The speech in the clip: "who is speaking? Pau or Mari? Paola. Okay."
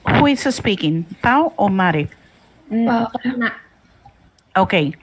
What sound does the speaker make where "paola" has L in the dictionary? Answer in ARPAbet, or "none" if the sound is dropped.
none